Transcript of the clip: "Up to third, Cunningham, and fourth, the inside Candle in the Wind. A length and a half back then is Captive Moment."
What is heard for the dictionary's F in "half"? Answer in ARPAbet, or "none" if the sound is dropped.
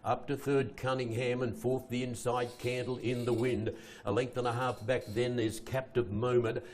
F